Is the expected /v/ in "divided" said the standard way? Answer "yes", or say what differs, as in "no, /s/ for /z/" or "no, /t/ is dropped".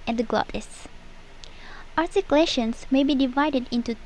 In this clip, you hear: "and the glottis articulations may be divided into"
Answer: yes